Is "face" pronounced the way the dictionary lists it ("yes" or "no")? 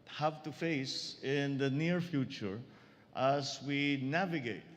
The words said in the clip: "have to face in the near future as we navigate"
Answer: yes